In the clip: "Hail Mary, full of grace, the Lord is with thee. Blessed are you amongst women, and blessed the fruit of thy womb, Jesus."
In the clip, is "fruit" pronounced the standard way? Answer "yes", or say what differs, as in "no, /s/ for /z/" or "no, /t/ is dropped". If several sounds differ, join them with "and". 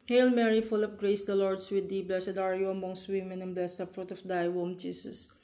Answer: yes